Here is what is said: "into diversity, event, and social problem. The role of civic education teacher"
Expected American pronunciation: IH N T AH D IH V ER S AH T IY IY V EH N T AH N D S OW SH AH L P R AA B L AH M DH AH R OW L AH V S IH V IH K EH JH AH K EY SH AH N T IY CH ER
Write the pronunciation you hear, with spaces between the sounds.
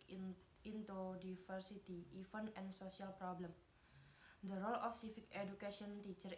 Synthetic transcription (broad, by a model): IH N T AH D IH F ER S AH T IY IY F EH N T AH N S OW S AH L P R AA B L AH M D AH R OW L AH F S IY F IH K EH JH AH K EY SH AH N T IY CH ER